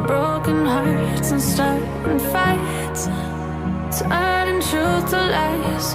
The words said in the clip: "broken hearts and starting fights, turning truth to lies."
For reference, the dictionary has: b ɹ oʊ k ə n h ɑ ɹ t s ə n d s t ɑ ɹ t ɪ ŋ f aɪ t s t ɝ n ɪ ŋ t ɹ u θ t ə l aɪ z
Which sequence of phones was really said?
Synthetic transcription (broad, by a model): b ɹ oʊ k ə n h ɑ ɹ t s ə n s t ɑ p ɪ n f aɪ t s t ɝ ɪ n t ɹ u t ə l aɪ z